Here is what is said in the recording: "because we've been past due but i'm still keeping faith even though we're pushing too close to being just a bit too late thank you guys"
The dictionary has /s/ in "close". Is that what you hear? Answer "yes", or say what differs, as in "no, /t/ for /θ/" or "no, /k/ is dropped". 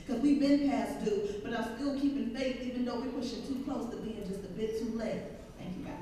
yes